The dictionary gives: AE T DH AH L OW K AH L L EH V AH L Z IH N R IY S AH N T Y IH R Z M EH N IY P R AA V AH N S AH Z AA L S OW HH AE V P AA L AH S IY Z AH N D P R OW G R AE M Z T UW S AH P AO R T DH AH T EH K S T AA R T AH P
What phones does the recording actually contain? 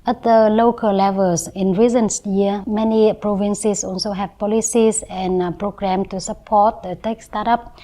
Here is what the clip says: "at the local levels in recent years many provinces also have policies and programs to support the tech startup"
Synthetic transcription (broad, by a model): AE T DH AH L OW K AH L L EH V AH L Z IH N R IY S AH N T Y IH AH M EH N IY P R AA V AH N S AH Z AA L S OW HH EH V P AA L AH S IY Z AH N P R OW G R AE M T UW S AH P AO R T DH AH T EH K S T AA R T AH P